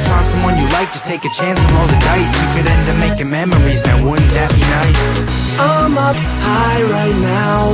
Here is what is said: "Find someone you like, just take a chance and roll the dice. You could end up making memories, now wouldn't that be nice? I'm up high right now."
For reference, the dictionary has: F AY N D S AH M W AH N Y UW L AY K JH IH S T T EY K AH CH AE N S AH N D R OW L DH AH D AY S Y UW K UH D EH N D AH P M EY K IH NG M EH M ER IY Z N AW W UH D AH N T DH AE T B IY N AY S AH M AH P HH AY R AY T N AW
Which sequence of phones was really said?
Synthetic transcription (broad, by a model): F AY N S AH M W AH N Y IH L AY K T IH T T EY K AH CH AE N S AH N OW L DH AH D AY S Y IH K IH D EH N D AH M EY K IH M EH M ER IY Z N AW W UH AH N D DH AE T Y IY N AY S AH M AH P HH AY R AY T N AW